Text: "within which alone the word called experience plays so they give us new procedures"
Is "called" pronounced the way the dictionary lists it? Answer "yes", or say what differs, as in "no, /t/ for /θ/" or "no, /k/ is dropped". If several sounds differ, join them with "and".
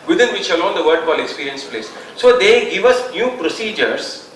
no, /d/ is dropped